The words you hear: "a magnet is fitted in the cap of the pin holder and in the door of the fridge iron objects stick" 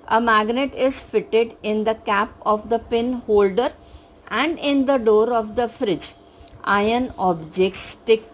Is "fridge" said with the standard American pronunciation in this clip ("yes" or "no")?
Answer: yes